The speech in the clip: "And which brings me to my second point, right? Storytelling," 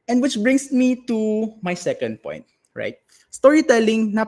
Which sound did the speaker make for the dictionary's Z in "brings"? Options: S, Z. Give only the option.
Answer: S